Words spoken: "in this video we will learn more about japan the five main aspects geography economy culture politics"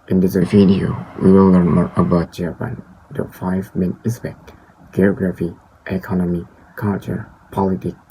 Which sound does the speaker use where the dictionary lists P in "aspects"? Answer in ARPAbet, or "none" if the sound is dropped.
B